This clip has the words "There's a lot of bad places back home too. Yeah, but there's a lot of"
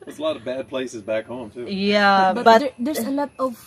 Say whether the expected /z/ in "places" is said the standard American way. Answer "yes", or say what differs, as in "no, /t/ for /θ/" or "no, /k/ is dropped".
yes